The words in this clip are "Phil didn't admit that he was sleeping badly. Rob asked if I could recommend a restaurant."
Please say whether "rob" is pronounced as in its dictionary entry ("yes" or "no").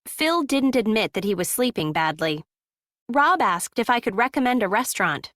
yes